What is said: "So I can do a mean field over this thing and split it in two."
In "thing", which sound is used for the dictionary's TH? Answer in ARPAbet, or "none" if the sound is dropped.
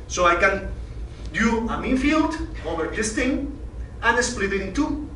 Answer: T